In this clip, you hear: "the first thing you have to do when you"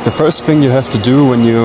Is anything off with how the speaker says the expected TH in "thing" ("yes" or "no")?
no